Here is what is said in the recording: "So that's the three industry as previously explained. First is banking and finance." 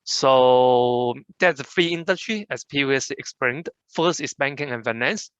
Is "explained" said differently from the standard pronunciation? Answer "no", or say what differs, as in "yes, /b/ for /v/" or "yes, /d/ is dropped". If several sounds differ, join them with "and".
yes, /l/ is dropped